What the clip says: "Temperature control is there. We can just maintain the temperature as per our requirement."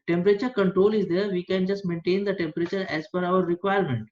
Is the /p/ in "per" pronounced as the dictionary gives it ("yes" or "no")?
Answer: no